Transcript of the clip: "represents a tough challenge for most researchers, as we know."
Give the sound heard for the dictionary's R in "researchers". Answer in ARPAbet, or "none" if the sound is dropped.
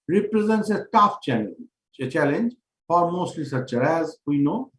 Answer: L